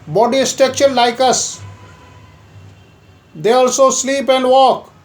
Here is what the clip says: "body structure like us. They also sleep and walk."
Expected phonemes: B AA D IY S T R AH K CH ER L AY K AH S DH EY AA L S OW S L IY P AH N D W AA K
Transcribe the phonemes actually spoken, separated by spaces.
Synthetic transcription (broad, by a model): B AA D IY S T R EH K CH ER L AY K AH S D EY AA L S OW S L IY P AH N D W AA K